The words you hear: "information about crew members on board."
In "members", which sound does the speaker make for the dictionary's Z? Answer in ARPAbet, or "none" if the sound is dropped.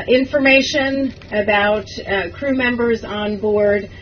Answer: Z